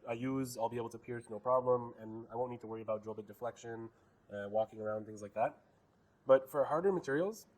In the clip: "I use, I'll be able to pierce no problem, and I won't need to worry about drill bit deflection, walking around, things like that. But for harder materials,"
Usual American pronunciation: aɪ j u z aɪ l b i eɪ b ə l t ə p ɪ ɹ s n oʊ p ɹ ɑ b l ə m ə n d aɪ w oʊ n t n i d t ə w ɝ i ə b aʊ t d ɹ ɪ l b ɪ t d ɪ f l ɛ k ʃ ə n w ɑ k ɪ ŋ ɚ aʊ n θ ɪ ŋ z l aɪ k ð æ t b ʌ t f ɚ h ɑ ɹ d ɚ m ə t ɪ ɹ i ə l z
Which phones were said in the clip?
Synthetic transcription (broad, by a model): aɪ j u z aɪ l b i eɪ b l t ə p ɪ ɹ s n oʊ p ɹ ɑ b l ə m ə n aɪ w oʊ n n i d t ə w ɝ i ə b aʊ t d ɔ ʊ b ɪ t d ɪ f l ɛ k ʃ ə n w ɑ k ɪ ŋ ɚ aʊ n θ ɪ ŋ z l aɪ k ð æ t b ʌ t f ɚ h ɑ ɹ d ɚ m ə t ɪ ɹ i l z